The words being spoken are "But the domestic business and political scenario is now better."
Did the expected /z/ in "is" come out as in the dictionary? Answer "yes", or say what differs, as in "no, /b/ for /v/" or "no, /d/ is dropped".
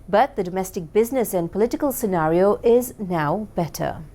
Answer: yes